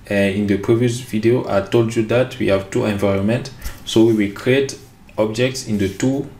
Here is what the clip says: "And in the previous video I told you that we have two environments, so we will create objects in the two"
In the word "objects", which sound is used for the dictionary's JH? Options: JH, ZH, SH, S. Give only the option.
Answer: JH